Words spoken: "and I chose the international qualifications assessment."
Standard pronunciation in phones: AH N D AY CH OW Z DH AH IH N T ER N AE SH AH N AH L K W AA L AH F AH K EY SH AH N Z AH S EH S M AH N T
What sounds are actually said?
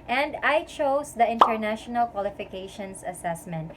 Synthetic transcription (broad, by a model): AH N D AY CH OW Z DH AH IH N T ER N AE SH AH N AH L K W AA L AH F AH K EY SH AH N S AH S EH S M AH N T